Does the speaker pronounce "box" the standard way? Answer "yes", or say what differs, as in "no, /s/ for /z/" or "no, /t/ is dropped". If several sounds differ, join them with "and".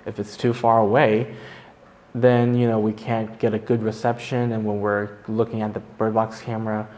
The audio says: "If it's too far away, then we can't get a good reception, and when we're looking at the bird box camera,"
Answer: yes